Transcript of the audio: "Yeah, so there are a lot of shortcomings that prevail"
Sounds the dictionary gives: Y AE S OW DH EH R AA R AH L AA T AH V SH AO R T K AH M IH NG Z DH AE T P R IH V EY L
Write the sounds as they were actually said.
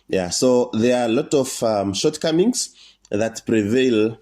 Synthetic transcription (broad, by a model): Y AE S OW DH EH R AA L AH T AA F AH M SH AO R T K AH M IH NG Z DH AE T P R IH V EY L